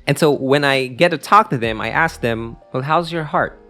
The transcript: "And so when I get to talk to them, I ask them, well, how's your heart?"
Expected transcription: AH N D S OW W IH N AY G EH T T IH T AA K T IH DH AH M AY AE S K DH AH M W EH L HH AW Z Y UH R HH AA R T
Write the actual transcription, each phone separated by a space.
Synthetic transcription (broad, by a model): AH N S OW W IH N AY G EH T T IH T AA K T IH DH AH M AY AE S K DH AH M W EH L HH AW Z Y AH R HH AA R T